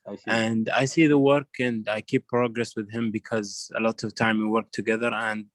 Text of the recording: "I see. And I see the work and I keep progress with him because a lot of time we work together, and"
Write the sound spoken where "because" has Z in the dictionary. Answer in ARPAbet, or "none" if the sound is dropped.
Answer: Z